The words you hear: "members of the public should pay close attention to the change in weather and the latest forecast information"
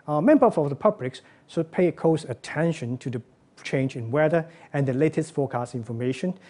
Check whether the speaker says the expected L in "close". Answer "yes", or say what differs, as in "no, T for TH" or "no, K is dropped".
no, L is dropped